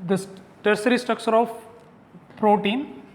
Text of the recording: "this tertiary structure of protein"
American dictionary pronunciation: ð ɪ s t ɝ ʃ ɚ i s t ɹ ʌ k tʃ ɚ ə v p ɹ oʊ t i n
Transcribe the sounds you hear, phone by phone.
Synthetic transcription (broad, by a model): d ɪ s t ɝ s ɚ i s t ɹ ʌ k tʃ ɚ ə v p ɹ oʊ t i n